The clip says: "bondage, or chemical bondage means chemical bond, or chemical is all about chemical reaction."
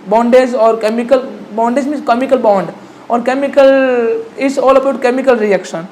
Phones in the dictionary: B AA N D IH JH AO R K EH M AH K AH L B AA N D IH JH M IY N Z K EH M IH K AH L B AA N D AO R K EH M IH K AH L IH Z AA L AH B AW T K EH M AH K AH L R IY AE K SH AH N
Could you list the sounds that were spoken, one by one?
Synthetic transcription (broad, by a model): B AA N D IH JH AO R K EH M AH K AH L B AA N D IH JH M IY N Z K EH M IH K AH L B AA N D AO R K EH M IH K AH L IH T AA L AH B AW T K EH M AH K AH L R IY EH K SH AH N